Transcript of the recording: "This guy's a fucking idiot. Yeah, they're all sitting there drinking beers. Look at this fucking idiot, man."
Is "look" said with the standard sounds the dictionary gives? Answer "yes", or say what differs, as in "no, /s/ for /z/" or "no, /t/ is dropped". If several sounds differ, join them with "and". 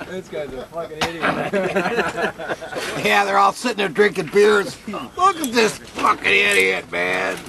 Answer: yes